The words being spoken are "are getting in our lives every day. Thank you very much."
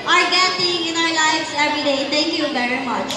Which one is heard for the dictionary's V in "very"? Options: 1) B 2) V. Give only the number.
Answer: 1